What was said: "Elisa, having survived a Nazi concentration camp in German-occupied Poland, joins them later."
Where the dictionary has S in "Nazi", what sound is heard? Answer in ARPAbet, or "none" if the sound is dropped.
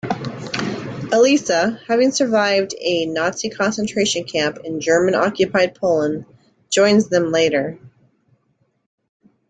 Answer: S